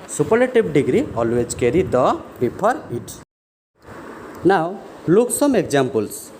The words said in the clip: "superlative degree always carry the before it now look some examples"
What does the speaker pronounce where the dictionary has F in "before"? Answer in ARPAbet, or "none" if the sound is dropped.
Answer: P